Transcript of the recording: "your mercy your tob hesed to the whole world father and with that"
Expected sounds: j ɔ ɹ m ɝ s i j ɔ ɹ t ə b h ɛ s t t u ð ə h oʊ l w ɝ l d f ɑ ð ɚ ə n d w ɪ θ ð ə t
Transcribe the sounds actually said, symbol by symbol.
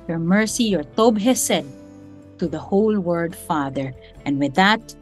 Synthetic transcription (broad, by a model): j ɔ ɹ m ɝ s i j ɔ ɹ t ə b h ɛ s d t u ð ə h oʊ l w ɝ d f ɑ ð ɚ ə n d w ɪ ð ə t